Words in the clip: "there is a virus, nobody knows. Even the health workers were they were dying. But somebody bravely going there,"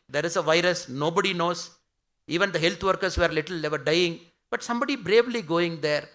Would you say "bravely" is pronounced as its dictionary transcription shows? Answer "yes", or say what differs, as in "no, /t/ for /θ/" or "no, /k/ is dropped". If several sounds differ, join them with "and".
yes